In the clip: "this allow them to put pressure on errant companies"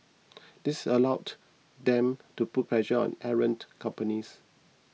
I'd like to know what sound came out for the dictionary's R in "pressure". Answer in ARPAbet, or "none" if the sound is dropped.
L